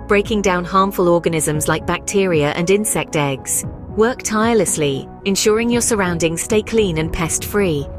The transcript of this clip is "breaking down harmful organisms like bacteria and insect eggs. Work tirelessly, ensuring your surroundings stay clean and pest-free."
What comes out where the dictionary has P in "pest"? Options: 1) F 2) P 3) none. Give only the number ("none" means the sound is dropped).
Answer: 2